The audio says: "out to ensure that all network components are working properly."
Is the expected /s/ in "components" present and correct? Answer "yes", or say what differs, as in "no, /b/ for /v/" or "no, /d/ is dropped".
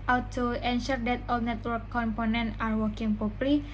no, /s/ is dropped